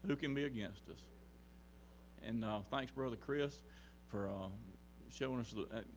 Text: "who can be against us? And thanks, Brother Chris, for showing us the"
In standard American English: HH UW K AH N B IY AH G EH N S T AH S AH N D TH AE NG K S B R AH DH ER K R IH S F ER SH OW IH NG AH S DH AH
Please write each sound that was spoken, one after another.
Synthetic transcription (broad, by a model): HH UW K AH N B IY AH G EH N S T AH S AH N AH TH AE NG K S B R AH DH ER K R IH S F ER SH OW IH NG AH S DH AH